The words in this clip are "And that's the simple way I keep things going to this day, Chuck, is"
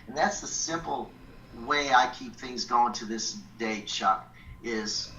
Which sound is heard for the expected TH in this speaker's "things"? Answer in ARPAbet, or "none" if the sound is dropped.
TH